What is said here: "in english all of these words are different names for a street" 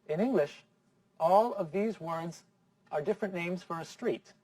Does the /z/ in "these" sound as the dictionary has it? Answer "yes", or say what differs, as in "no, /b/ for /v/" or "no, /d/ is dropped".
yes